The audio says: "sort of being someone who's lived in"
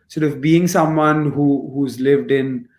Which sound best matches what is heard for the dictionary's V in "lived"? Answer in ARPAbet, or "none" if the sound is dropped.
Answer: V